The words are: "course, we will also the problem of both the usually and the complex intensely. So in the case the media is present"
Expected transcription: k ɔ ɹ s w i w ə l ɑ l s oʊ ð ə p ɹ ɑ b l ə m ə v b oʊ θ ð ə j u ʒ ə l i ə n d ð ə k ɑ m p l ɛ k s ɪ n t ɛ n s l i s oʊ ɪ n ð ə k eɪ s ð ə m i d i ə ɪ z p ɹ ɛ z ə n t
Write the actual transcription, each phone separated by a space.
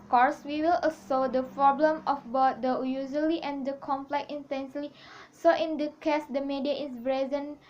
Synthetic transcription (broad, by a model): k ɔ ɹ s w i w ə l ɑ s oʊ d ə p ɹ ɑ b l ə m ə f b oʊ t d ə j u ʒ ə l i ə n d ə k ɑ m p l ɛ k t ɪ n t ɛ n s l i s oʊ ɪ n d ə k eɪ s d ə m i d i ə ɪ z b ɹ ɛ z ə n